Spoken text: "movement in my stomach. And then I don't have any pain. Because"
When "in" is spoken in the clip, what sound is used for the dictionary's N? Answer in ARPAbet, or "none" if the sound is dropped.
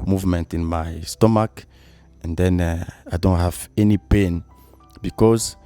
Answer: N